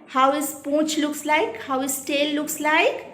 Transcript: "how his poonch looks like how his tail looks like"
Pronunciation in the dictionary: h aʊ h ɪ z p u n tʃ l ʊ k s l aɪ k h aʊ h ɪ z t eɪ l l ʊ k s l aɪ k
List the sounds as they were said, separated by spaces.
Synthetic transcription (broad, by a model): h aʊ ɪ s p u tʃ l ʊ k s l aɪ k h aʊ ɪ s t eɪ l l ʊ k s l aɪ k